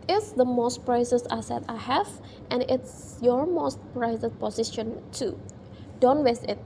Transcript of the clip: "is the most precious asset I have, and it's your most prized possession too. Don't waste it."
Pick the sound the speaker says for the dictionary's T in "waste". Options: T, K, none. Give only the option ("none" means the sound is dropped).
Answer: none